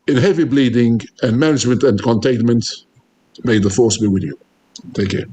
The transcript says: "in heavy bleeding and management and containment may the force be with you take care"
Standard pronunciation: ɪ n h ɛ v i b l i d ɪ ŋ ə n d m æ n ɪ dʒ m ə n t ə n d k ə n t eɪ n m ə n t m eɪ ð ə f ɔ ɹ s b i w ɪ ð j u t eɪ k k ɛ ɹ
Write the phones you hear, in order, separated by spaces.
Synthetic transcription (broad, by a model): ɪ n h ɛ v i b l i d ɪ ŋ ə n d m æ n ɪ dʒ m ə n t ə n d k ə n t eɪ n m ə n t m eɪ ð ə f ɔ ɹ s b i w ɪ ð j u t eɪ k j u